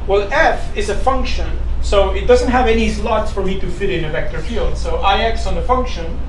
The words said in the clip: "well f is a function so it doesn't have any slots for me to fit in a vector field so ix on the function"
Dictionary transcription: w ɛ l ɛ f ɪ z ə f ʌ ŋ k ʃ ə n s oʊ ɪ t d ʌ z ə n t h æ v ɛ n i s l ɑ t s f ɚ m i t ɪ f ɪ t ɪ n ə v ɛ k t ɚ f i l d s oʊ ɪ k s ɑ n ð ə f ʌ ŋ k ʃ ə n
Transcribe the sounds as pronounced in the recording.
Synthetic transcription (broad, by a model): w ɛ l ɛ f ɪ z ə f ʌ ŋ k ʃ ə n s oʊ ɪ t d ʌ z ə n t h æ v ɛ n i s l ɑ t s f ɚ m i t ɪ f ɪ t ɪ n ə v ɛ k t ɚ f i l d s oʊ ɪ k s n ð ə f ʌ ŋ k ʃ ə n